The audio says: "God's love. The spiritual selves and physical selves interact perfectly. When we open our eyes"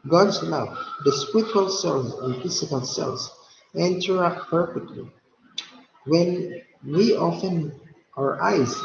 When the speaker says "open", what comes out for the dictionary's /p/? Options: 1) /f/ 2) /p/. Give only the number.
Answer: 1